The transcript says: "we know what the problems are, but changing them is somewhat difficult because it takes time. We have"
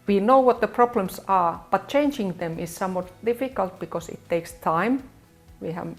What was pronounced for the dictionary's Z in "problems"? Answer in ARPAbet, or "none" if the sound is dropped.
S